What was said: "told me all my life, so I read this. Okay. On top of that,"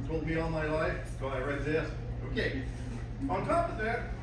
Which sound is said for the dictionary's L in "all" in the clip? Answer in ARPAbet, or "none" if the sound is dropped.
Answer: N